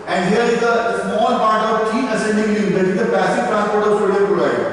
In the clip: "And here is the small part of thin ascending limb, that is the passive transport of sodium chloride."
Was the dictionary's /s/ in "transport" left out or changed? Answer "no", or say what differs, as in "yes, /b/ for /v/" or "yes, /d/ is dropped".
yes, /s/ is dropped